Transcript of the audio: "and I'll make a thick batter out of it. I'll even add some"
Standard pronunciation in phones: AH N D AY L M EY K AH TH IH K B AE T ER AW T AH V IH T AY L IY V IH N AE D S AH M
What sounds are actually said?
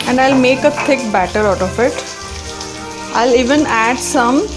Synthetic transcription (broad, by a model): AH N D AY L M EY K AH T IH K B AE T ER AW T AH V IH T AY L IY V IH N AE D S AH M